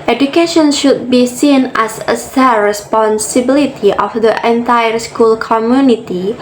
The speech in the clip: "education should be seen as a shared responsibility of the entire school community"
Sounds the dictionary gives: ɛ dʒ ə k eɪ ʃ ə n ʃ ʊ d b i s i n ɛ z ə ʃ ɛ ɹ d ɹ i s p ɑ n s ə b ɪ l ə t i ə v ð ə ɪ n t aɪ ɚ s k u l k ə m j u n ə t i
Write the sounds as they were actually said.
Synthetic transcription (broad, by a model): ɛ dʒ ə k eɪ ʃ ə n ʃ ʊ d b i s i n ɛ s ə s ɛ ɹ ɹ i s p ɑ n s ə b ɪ l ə t i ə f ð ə ɪ n t aɪ ɚ s k u l k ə m j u n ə t i